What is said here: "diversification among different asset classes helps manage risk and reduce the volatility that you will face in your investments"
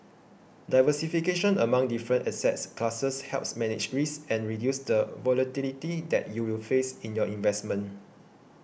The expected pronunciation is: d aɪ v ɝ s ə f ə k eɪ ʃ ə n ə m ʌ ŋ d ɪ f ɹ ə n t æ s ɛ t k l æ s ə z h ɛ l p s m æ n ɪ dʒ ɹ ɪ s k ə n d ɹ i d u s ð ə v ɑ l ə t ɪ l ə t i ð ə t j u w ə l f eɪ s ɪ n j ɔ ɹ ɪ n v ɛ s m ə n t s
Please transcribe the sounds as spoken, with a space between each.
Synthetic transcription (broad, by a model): d aɪ v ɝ s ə f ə k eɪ ʃ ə n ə m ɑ ŋ d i f ɹ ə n t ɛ s ɛ t k l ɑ s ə s h ɛ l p s m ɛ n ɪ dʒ ɹ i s ə n ɹ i d u s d ə v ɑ l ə t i l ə t i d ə t j u w ə l f eɪ s ɪ n j ɔ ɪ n v ɛ s m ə n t